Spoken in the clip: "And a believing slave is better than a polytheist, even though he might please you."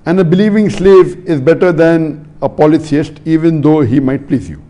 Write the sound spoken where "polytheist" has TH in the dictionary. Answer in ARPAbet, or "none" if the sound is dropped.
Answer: S